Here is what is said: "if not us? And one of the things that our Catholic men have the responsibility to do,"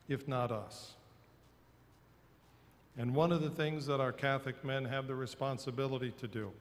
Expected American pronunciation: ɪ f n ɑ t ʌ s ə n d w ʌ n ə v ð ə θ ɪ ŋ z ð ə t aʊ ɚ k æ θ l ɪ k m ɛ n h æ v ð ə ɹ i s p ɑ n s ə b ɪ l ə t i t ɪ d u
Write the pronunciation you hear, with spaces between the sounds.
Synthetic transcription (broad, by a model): ɪ f n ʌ t ʌ s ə n w ʌ n ə v ð ə θ ɪ ŋ z ð ə t aʊ ɚ k æ θ ɪ k m ɛ n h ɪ v ð ə ɹ i s p ɑ n s ə b ɪ l ə t i t ɪ d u